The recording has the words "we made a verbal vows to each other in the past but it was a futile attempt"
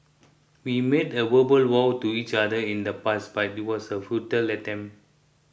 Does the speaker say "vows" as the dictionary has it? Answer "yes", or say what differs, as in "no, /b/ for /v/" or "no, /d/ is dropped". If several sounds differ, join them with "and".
no, /w/ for /v/ and /z/ is dropped